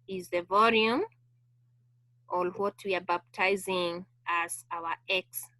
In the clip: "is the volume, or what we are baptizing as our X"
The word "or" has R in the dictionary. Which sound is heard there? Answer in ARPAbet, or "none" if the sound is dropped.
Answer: L